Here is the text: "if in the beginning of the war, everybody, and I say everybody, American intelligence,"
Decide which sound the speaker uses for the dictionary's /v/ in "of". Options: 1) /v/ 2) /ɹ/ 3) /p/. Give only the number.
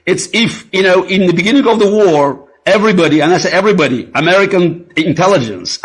1